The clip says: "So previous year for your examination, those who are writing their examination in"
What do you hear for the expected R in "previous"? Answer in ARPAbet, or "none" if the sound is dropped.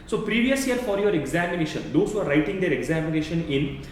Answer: R